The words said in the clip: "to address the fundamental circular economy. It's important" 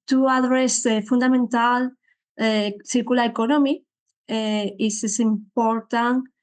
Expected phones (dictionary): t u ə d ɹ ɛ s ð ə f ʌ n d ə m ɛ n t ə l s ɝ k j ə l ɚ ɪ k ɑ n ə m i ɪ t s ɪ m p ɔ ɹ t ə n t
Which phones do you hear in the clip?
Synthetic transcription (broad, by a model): t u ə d ɹ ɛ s f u n d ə m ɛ n t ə l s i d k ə l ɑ ɪ k ɑ n ə m i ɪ s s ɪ m p ɔ ɹ t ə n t